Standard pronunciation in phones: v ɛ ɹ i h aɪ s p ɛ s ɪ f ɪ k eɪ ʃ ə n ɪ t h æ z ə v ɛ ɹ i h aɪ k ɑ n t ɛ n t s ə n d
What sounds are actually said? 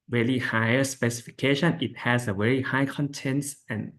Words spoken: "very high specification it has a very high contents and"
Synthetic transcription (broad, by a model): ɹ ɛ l i h aɪ s p ɛ s ɪ f ɪ k eɪ ʃ ə n ɪ t h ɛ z ə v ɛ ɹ i h aɪ k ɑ n t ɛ n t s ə n